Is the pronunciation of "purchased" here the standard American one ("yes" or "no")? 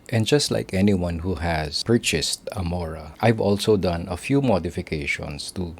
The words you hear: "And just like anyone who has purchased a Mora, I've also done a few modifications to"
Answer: yes